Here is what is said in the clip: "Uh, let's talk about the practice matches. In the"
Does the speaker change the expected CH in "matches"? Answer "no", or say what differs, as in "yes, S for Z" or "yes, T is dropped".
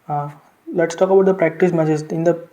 yes, S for CH